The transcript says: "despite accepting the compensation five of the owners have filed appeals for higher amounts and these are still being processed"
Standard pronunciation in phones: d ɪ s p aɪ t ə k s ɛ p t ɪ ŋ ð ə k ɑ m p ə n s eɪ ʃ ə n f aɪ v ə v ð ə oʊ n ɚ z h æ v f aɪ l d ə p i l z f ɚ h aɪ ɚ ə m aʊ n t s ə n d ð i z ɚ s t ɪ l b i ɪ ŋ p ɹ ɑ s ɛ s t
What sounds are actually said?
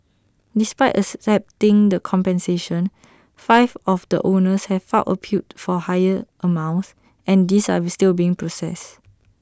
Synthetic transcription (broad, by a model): d ɪ s p aɪ t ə s ɛ p t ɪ ŋ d ə k ɑ m p ə n s eɪ ʃ ə n f aɪ v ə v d ə oʊ n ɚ s h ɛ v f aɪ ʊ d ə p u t f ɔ h aɪ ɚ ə m aʊ n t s ə n d i s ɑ s t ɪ l b i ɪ ŋ p ɹ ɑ s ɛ s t